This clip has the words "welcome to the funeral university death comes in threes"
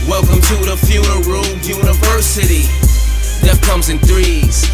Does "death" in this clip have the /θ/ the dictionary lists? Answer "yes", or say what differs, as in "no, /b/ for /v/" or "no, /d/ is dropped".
no, /t/ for /θ/